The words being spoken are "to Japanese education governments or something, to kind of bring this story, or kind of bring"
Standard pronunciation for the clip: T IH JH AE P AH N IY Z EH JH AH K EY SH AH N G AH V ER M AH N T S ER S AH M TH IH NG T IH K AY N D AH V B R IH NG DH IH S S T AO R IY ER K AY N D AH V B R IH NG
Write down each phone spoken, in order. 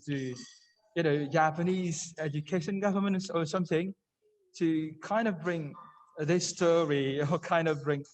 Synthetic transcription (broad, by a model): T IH JH AE P AH N IY Z EH JH AH K EY SH AH N G AH V ER M AH N T S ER S AH M TH IH NG T IH K AY N D AH V B R IH NG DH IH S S T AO R IY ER K AY N D AH V B R IH NG